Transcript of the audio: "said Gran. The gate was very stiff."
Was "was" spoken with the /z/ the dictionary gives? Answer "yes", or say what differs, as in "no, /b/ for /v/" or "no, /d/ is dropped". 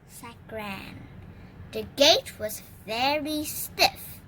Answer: yes